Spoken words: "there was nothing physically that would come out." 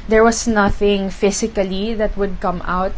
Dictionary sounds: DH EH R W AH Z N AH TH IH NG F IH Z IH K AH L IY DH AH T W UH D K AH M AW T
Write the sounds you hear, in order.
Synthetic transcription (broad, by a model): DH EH R W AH S N AH TH IH NG F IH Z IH K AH L IY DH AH T W UH D K AH M AW T